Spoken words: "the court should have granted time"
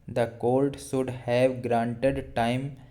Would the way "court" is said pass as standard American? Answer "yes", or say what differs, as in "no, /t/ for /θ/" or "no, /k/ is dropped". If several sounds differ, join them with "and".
no, /l/ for /ɹ/